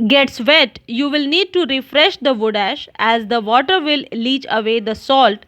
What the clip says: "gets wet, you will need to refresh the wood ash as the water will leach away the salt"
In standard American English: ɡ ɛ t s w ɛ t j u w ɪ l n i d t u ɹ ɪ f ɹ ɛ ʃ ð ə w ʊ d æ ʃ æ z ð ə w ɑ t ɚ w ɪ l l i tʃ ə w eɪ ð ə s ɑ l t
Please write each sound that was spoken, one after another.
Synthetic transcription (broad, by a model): ɡ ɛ t s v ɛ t j u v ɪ l n i d t u ɹ ɪ f ɹ ɛ ʃ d ə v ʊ d æ ʃ æ z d ə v ɑ t ɚ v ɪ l l i tʃ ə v eɪ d ə s ɑ l t